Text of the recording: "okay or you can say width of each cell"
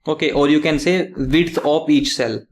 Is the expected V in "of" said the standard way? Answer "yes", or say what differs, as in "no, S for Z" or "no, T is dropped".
no, P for V